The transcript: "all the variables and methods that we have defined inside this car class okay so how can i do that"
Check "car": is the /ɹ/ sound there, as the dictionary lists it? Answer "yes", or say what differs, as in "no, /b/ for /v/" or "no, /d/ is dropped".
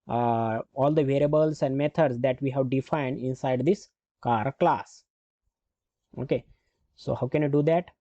yes